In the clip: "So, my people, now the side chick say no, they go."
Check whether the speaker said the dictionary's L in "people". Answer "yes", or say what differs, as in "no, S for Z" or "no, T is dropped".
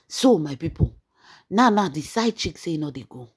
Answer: no, N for L